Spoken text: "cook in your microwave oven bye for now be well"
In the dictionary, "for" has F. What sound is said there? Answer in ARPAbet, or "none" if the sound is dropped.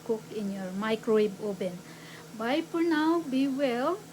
P